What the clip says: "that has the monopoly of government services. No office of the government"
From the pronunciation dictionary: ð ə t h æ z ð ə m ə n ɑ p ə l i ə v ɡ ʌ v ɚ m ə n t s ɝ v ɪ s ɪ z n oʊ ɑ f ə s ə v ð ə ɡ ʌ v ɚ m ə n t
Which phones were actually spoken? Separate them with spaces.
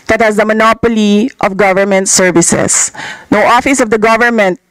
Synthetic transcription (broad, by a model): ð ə t h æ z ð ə m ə n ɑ p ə l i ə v ɡ ʌ v ɚ m ə n t s ɝ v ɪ s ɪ s n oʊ ɑ f ə s ə v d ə ɡ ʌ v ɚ m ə n t